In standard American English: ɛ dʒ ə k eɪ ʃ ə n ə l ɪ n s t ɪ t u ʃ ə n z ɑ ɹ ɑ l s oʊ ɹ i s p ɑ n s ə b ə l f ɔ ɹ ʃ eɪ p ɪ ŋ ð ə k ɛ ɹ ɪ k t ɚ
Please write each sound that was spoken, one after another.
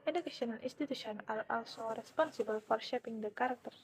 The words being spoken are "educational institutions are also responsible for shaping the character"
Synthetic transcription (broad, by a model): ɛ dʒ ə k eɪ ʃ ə n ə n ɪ n s t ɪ t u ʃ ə n ɑ l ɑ l s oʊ ɹ i s p ɑ n s ə b ə l f ɔ ɹ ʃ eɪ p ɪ ŋ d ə k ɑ ɹ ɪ k t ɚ